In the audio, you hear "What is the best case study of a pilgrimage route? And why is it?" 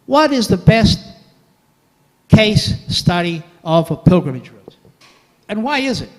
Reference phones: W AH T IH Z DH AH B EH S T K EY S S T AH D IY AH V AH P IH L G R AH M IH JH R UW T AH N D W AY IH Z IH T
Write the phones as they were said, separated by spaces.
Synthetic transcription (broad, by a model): W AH T IH Z DH AH B EH S T K EY S S T AH D IY AH V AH P IH L G R AH M IH JH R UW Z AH N W AY IH Z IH T